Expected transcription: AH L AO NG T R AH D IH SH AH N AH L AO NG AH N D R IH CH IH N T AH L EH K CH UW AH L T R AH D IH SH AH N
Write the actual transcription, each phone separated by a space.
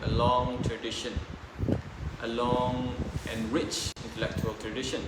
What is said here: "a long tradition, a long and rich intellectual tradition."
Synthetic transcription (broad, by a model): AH L AO NG T R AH D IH SH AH N AH L AO NG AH N R IH CH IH N T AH L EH K CH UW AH L T R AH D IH SH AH N